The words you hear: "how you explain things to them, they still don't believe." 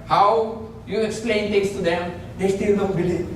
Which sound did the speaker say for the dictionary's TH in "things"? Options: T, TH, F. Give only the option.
T